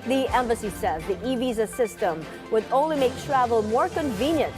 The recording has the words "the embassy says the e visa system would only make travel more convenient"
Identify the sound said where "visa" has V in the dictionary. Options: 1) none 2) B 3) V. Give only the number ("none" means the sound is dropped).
3